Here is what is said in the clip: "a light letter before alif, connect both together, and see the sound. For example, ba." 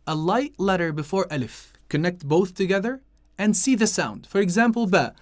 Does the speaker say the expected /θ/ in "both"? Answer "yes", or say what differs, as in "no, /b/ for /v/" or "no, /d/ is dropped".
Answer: yes